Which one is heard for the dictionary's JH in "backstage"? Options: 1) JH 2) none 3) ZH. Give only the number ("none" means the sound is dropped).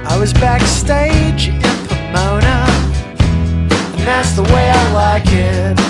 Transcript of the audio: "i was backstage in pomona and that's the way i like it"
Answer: 1